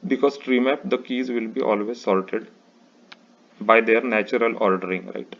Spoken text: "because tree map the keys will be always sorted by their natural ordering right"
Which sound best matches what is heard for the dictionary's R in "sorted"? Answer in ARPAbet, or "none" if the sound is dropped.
L